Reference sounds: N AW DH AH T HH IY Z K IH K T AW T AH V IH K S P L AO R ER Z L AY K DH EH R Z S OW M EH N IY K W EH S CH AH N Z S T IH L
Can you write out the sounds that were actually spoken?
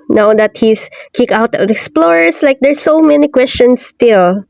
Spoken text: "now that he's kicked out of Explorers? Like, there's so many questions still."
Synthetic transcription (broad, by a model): N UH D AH T HH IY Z K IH K AW T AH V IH K S P L AO R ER S L AY K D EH R S OW M EH N IY K W EH S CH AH N S T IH L